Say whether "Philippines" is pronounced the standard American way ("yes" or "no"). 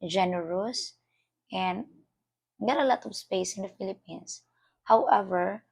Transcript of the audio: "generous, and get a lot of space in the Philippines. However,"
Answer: no